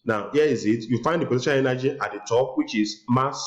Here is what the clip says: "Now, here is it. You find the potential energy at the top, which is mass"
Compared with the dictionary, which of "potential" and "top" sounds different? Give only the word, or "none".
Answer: potential